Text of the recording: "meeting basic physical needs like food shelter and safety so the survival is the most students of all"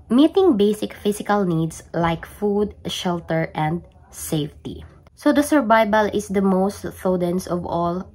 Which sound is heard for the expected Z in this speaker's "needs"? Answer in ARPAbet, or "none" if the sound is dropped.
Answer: S